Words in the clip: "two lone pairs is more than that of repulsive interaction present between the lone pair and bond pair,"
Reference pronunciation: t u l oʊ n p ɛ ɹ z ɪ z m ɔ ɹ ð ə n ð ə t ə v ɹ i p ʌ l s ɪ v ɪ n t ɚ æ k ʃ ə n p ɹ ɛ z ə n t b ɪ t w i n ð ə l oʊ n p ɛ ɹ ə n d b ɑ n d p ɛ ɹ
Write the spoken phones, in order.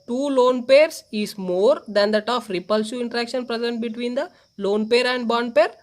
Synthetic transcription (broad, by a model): t u l oʊ n p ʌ ɹ s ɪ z m ɔ ɹ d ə n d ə t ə f ɹ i p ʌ l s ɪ ɪ n t ɚ æ k ʃ ə n p ɹ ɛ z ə n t b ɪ t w i n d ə l oʊ n p ɛ ɹ ə n d b ɑ n d p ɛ ɹ